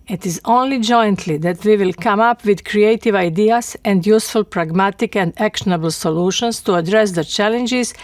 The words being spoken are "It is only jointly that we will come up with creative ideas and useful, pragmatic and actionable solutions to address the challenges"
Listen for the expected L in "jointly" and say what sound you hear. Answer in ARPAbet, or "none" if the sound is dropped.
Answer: L